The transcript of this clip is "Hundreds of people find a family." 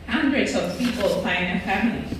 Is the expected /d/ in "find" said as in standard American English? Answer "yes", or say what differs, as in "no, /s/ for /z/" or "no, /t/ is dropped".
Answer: no, /d/ is dropped